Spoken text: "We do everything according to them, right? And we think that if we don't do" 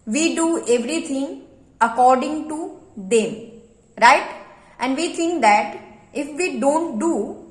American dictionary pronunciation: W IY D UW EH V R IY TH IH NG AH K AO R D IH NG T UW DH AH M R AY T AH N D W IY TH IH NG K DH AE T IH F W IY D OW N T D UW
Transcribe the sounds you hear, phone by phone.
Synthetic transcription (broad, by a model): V IY D UW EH V R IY T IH NG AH K AO R D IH NG T UW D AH M R AY T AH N D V IY T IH NG K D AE T IH F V IY D OW N T D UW